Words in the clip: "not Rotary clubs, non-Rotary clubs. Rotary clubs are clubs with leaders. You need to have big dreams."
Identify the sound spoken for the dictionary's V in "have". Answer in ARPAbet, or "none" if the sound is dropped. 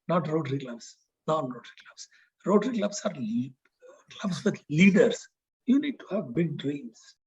V